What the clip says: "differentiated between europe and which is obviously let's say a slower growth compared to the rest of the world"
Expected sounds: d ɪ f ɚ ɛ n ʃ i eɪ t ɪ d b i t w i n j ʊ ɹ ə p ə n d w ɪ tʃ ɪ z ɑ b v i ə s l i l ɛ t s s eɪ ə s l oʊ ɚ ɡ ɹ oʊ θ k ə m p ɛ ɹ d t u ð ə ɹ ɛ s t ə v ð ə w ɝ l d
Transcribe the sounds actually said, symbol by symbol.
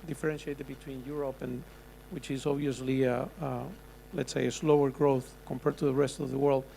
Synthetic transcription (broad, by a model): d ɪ f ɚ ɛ n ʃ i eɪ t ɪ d b i t w i n j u ɹ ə p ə n w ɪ tʃ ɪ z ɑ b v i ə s l i l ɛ t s s eɪ ə s l oʊ ɚ ɡ ɹ oʊ θ k ə m p ɛ ɹ d t u ð ə ɹ ɛ s t ə v ð ə w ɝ l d